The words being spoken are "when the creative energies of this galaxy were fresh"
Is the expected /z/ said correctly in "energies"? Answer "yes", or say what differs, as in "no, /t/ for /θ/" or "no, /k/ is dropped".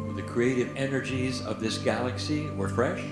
yes